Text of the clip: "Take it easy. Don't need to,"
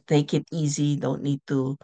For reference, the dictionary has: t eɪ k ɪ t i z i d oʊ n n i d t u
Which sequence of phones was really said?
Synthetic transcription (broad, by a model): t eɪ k ɪ t i z i d oʊ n n i d t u